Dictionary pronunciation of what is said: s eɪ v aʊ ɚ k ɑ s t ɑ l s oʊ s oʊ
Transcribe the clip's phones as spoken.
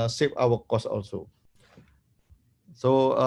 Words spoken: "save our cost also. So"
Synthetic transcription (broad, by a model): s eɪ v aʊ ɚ k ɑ s ɑ l s oʊ s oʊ